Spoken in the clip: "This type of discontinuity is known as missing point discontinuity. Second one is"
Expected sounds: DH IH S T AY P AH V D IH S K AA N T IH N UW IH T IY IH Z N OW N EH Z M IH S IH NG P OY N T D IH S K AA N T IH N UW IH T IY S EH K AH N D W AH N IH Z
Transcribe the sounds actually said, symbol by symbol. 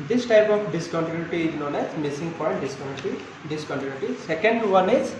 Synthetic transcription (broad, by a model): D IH S T AY P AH F D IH S K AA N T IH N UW T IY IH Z N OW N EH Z M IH S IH NG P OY T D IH S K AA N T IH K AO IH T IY S EH K AH N D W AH N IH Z